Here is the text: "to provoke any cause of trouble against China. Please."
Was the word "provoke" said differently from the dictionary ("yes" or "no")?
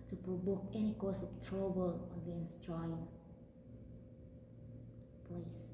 yes